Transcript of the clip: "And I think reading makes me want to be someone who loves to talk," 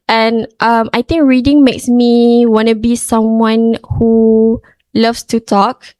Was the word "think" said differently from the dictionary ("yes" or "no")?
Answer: yes